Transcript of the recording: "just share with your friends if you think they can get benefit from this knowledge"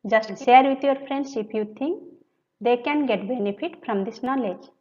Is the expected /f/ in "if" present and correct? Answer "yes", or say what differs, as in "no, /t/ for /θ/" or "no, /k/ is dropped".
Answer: no, /p/ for /f/